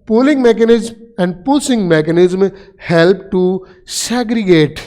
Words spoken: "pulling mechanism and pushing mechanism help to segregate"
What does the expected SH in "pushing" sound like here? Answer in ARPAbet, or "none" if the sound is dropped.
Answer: S